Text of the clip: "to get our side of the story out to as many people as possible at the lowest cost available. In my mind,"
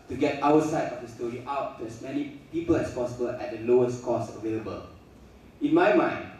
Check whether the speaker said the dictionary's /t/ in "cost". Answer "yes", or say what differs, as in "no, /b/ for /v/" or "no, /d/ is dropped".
no, /t/ is dropped